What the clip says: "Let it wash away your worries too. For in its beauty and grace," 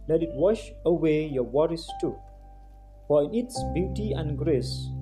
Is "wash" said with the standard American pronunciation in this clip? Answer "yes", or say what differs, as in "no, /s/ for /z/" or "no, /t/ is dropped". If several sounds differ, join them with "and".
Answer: yes